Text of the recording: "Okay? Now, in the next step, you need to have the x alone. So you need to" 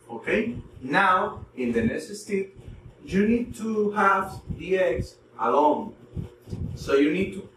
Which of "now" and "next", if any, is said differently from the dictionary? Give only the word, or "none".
next